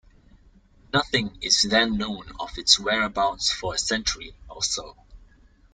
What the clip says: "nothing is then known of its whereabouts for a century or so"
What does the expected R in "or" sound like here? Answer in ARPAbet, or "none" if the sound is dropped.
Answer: L